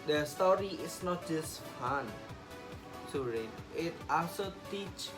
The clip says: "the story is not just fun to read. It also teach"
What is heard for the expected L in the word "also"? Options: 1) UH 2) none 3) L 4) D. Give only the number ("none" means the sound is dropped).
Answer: 2